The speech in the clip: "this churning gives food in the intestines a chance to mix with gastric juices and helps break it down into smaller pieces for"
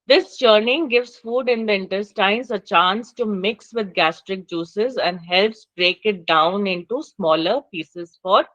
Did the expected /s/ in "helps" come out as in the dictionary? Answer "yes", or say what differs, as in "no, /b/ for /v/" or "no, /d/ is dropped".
yes